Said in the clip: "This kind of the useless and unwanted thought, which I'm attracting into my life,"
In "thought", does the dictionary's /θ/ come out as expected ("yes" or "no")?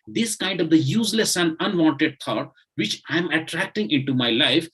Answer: no